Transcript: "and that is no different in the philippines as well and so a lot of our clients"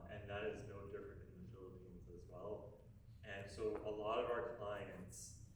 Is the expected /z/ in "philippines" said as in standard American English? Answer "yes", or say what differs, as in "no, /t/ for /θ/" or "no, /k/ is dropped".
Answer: yes